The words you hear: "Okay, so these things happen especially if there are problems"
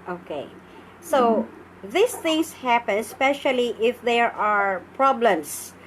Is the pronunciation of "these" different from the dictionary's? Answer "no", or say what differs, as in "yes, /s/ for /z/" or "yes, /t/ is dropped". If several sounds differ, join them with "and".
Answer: yes, /s/ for /z/